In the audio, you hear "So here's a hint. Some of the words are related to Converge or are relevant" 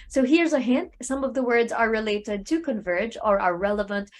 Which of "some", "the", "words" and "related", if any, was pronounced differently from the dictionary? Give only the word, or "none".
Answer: none